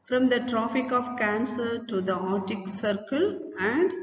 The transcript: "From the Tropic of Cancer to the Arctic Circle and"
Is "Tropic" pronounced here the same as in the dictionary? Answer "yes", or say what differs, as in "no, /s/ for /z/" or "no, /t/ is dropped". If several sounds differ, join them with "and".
no, /f/ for /p/